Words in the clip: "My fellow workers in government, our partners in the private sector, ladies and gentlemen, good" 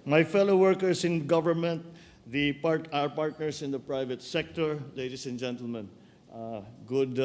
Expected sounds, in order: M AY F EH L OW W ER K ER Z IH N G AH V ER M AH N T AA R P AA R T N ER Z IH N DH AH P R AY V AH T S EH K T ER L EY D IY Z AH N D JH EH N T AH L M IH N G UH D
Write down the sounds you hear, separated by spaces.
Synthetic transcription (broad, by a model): M AY F EH L OW W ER K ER S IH N G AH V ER M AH N T AA R P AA R T N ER S IH N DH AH P R AY V AH T S EH K T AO L EY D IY S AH N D JH EH N T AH L M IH N G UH D